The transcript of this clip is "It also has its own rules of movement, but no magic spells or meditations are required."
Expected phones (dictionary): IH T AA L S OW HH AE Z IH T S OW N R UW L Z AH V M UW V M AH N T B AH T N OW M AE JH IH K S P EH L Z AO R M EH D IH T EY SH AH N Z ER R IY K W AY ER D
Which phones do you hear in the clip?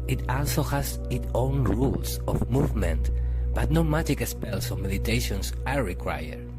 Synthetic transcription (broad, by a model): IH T AA L S OW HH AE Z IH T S OW N R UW L S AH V M UW V M AH N T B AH T N OW M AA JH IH K S P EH L S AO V M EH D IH T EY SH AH N S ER R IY K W AY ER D